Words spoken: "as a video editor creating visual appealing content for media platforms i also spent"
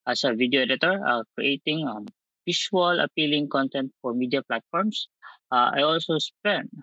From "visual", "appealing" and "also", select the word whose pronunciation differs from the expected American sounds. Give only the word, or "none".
visual